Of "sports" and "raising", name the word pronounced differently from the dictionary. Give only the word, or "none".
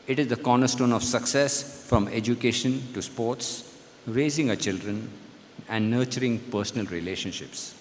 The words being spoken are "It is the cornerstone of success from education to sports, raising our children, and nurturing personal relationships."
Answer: none